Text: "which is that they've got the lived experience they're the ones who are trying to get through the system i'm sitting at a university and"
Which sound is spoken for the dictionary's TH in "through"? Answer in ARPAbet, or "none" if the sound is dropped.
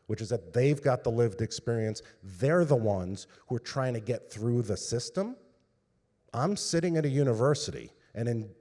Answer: TH